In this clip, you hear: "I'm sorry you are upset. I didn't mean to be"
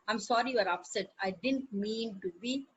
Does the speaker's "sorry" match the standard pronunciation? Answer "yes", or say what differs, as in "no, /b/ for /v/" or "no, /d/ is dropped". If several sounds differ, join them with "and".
yes